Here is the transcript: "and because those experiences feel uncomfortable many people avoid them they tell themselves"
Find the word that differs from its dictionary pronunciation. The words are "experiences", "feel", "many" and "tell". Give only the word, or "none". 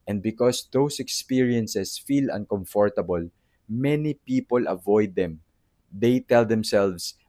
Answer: experiences